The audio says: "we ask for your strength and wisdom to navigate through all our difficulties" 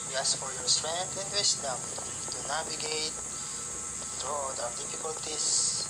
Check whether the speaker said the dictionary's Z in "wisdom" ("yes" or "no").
no